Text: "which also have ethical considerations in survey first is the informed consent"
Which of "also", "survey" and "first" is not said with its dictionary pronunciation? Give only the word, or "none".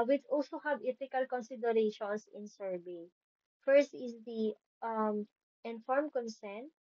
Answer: survey